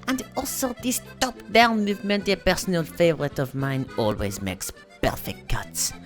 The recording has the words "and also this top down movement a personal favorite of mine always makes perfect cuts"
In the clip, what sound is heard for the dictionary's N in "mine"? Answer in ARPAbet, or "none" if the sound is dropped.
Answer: N